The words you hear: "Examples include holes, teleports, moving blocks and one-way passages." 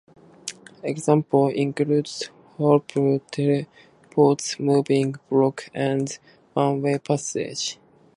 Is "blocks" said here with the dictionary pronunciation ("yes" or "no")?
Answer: no